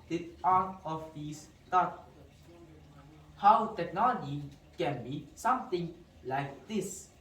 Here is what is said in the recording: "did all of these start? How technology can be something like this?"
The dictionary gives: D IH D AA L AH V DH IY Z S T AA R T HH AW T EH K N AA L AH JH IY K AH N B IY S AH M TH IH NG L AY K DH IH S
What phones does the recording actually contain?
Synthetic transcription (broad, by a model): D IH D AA N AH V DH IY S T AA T HH AW T EH K N AA L AH JH IY K AH N B IY S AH M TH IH NG L AY K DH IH S